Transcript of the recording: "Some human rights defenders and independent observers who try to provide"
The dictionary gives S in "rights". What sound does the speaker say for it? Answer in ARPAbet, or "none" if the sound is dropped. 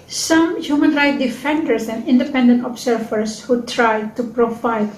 none